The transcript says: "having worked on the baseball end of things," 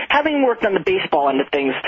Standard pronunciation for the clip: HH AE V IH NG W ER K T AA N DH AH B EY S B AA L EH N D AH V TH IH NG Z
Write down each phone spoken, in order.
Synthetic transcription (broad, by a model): HH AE V IH NG W ER K T N DH AH B EY S B AA L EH N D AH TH IH NG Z